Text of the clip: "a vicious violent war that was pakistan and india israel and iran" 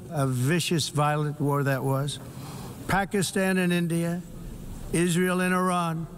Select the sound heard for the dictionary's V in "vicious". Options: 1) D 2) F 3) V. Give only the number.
3